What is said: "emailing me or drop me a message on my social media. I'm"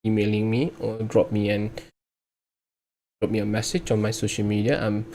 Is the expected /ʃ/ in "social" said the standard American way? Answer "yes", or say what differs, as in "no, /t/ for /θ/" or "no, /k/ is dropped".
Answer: yes